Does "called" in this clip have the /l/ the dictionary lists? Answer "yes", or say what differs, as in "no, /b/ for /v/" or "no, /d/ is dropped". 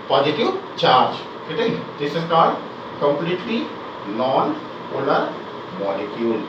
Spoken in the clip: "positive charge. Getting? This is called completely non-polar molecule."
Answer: no, /l/ is dropped